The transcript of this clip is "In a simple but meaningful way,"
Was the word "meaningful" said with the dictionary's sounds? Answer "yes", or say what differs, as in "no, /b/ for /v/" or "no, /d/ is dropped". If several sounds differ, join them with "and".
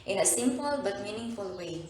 yes